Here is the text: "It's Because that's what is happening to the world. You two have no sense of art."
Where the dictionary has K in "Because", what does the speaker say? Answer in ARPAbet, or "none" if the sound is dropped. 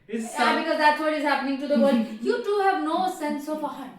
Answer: K